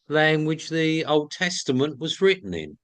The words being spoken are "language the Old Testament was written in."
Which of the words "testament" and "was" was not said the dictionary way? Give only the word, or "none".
none